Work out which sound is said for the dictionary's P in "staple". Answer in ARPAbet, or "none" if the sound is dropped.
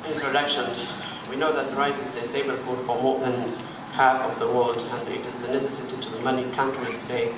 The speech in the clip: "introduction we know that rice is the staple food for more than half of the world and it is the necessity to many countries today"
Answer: B